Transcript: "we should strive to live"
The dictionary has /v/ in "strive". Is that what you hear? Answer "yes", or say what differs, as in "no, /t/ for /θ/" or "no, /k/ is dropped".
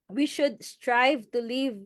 yes